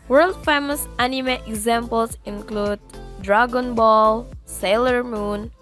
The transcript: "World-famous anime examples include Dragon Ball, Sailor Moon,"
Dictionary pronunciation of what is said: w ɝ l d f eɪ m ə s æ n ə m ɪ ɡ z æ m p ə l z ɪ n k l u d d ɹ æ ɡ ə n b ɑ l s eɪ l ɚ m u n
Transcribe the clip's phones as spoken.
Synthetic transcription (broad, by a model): w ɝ l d f eɪ m ə s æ n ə m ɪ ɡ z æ m p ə l s ɪ n k l u d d ɹ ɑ ɡ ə n b ɑ l s eɪ l ɚ m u n